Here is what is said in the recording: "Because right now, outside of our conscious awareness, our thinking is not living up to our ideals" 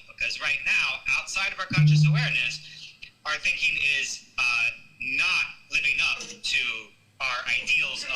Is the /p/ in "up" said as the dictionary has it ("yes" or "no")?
no